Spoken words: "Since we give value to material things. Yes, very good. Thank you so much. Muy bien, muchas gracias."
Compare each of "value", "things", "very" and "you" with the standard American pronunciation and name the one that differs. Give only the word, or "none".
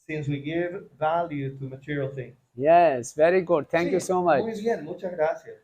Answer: things